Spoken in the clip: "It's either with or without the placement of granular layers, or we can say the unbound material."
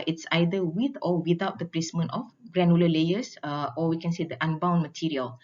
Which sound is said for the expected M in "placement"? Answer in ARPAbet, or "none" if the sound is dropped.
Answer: M